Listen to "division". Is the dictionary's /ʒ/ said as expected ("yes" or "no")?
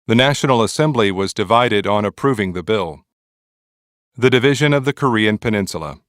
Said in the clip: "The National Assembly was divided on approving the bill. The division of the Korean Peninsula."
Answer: yes